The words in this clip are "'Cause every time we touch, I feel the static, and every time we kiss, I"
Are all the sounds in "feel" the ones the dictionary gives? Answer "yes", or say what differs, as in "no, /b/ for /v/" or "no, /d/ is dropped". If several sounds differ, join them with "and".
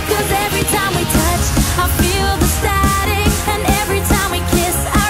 yes